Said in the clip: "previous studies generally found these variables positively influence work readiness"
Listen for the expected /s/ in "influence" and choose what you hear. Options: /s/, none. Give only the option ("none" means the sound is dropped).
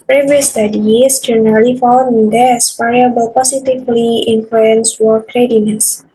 /s/